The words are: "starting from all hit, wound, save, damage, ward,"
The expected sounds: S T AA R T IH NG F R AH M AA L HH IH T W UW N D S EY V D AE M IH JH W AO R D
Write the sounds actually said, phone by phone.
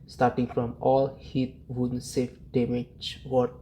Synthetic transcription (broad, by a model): S T AA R T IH NG F R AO M AA L HH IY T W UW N S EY F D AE M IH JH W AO